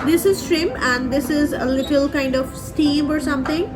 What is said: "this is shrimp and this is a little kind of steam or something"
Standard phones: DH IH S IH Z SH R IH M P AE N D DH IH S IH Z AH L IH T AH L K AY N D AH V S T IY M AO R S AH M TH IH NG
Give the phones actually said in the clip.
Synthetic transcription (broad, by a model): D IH S IH Z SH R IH M AE N D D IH S IH Z AH L IH T AH L K AY N D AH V S T IY M AO R S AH M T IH NG